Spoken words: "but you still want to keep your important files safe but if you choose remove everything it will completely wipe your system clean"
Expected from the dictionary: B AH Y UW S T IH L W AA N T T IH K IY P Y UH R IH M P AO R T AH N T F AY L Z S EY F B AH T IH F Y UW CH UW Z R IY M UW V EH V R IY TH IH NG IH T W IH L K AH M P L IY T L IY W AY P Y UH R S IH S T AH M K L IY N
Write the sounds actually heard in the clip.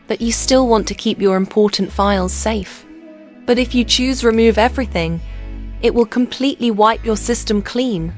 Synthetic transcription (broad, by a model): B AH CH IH S T IH L W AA N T T IH K IY P Y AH R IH M P AO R T N T F AY L Z S EY F B AH T IH F Y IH CH UW Z R IY M UW V EH V R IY TH IH NG IH T W IH L K AH M P L IY T L IY W AY P Y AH R S IH S T AH M K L IY N